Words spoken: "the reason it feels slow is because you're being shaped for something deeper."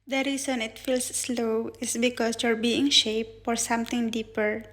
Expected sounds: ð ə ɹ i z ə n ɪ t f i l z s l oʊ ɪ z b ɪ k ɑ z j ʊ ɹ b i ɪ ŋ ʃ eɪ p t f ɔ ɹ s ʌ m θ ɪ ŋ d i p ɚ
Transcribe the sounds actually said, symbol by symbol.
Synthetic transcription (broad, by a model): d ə ɹ i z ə n ɪ t f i l s l oʊ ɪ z b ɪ k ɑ s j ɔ ɹ b i ɪ ŋ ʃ eɪ p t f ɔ ɹ s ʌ m t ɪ ŋ d i p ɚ